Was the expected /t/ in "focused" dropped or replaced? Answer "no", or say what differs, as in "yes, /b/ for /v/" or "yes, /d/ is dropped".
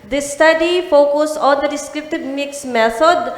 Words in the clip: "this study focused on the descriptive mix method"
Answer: yes, /t/ is dropped